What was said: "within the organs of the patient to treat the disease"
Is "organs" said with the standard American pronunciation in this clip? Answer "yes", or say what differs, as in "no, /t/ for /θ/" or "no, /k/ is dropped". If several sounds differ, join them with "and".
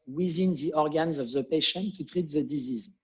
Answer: yes